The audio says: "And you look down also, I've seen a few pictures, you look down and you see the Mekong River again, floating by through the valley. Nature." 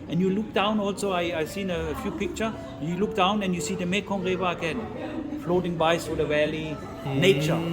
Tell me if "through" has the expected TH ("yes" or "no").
no